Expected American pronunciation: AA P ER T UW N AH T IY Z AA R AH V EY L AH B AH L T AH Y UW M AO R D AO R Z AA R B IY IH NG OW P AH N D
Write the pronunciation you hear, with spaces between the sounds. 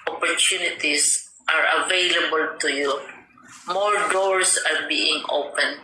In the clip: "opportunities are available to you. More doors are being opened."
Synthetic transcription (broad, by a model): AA P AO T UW N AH T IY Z AA R AH V EY L AH B AH L T AH Y UW M AO R D AO R S AA R B IY IH NG OW P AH N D